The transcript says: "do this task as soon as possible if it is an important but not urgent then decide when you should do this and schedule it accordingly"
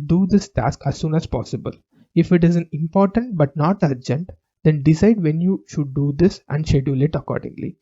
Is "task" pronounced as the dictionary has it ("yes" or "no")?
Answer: yes